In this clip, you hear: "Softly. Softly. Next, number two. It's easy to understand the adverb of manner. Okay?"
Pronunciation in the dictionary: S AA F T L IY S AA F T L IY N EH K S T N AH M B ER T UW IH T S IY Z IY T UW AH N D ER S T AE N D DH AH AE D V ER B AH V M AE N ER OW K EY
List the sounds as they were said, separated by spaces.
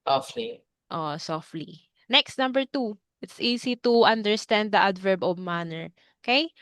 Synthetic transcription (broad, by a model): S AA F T L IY S AA F T L IY N EH K S T N AH M B ER T UW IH T S IY S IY T UW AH N D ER S T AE N D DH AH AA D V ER B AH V M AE N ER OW K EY